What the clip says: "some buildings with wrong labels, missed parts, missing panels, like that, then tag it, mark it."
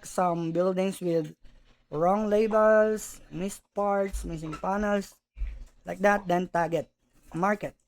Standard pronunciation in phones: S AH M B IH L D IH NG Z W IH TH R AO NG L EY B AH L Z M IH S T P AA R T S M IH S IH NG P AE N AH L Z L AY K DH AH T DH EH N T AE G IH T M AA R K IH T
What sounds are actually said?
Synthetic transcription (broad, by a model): S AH M B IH L D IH NG S W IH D R AO NG L EY B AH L S M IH S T P AA R T S M IH S IH NG P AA N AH L S L AY K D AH T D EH N T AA G IH T M AA R K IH T